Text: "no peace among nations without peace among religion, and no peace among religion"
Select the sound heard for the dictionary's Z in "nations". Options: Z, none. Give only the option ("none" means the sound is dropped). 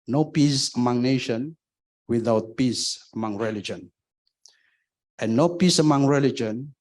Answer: none